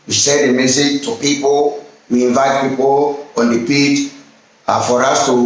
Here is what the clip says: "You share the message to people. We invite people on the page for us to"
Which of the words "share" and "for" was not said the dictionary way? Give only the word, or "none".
share